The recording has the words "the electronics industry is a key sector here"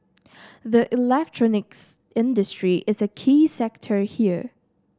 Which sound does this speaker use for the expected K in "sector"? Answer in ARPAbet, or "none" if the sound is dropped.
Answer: K